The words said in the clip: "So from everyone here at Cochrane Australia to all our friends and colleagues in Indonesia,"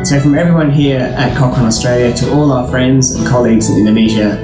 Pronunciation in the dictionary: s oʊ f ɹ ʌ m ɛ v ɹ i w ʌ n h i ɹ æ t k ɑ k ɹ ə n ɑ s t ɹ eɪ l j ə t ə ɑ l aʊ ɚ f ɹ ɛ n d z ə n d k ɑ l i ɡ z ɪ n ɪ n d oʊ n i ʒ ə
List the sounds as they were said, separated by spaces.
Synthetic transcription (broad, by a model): s oʊ f ɹ ʌ m ɛ v ɹ i w ʌ n h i ɹ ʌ t k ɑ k ə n ɑ s t ɹ eɪ l j ə t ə ɑ l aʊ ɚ f ɹ ɛ n d z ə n k ɑ l i ɡ z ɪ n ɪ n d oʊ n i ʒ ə